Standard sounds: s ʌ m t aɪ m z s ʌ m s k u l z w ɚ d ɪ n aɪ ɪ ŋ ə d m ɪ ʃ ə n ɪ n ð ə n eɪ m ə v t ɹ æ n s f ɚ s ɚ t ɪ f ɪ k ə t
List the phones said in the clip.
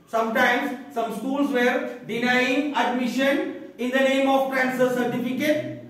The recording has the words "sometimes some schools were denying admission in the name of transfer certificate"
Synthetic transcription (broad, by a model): s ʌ m t aɪ m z s ʌ m s k u l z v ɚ d ɪ n aɪ ɪ ŋ ə d m ɪ ʃ ə n ɪ n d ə n eɪ m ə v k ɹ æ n s ɚ s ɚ t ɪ f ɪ k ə t